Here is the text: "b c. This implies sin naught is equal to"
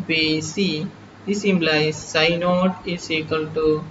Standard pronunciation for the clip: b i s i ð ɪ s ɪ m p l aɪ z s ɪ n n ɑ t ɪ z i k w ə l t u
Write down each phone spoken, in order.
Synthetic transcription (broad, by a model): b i s i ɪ s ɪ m b l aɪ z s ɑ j n ɑ t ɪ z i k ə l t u